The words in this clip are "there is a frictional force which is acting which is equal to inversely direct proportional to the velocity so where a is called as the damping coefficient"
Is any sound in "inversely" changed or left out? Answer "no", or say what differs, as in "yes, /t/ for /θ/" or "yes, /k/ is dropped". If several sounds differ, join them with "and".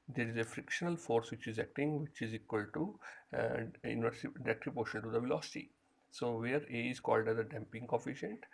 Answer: yes, /l/ is dropped